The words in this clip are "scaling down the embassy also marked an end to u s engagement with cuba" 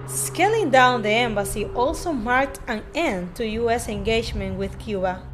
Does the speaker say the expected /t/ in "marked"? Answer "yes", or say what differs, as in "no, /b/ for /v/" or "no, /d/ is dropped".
yes